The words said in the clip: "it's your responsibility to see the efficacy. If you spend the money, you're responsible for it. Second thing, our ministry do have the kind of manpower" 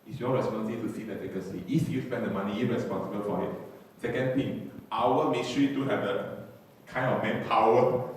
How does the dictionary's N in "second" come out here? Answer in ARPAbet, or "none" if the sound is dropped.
N